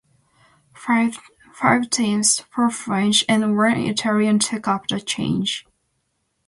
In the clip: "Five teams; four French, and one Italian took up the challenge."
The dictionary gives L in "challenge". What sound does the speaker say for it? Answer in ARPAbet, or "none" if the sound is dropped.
none